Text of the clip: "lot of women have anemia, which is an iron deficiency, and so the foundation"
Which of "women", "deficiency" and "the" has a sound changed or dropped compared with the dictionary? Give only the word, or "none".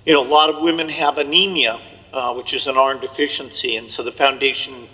none